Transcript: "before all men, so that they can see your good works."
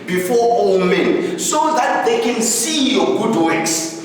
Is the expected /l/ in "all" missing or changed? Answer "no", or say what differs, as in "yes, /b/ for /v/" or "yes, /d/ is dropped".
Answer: yes, /w/ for /l/